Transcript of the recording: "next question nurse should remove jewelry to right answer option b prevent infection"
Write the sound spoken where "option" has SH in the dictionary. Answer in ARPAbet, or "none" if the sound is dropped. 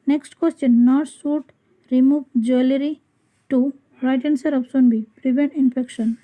S